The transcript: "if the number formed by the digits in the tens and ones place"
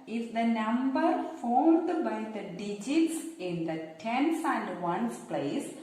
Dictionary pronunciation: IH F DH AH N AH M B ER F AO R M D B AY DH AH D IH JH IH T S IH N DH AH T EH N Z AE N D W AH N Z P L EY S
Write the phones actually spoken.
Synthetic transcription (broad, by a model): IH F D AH N AH M B ER F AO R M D B AY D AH D IH JH IH T S IH N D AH T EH N S AE N D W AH N S P L EY S